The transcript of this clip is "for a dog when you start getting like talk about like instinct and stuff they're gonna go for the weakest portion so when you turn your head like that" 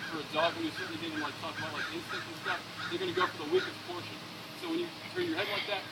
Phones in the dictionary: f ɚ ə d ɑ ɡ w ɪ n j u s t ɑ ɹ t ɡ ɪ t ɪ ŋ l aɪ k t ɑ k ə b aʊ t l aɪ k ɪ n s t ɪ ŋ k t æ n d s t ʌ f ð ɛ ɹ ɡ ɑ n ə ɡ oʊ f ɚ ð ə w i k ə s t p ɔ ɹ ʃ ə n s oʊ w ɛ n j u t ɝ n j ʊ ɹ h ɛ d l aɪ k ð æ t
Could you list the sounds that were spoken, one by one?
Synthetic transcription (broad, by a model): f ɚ ə d ɑ ɡ w ɪ n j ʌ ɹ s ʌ ɹ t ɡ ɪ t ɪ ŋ l aɪ k t ɑ k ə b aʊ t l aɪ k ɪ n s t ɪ k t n s t ʌ f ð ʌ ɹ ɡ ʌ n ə ɡ oʊ f ɚ ð ə w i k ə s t p ɔ ɹ ʃ ə n s oʊ w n j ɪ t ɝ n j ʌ ɹ h ɛ d l aɪ k ð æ t